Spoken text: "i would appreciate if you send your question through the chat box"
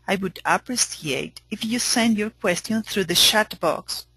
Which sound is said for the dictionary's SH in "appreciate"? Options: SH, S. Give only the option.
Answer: S